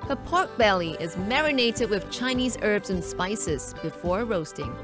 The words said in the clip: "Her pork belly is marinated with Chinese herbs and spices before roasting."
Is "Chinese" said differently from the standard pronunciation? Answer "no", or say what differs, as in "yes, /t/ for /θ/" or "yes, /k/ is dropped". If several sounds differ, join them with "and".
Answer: no